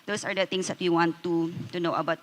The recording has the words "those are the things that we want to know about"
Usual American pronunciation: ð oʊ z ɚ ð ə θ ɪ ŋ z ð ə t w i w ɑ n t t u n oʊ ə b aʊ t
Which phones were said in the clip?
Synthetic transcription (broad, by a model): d oʊ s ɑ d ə t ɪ ŋ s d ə t w i w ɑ n t t u n oʊ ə b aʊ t